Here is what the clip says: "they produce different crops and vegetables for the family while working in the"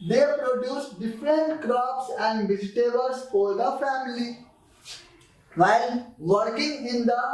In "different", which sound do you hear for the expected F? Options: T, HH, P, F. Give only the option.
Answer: F